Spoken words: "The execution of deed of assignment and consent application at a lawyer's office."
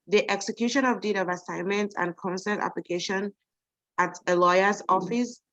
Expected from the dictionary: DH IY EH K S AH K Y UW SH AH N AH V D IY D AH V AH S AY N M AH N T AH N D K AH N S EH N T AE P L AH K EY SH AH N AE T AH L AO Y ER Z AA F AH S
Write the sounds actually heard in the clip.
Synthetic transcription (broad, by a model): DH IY EH K S AH K Y UW SH AH N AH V D IY D AH V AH S AY N M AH N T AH N K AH N S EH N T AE P L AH K EY SH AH N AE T AH L AO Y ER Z AA F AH S